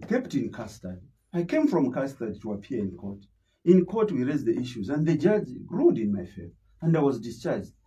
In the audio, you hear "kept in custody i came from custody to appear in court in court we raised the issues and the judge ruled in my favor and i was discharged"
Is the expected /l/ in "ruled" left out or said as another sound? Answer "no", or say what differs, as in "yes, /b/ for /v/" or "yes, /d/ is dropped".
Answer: yes, /l/ is dropped